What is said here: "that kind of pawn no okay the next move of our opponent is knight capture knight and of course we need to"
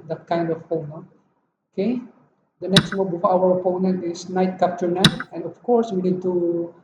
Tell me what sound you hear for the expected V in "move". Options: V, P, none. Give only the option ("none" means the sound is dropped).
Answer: P